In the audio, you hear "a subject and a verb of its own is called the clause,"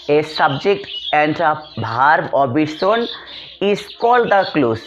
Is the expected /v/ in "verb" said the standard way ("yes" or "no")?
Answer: no